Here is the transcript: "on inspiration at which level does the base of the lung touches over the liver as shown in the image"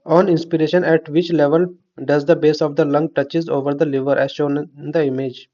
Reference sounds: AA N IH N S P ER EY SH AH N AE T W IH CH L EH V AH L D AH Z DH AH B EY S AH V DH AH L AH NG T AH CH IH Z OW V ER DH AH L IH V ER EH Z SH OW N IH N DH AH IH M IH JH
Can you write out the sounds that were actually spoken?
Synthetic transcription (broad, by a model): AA N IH N S P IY EY SH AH N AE T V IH CH L EH V AH L D AH Z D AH B EY S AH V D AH L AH NG T AH CH IH Z OW V ER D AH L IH V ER EH Z SH OW N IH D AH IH M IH JH